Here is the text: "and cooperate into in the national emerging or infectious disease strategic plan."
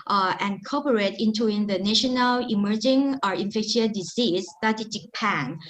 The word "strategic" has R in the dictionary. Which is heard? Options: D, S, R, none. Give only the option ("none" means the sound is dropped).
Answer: none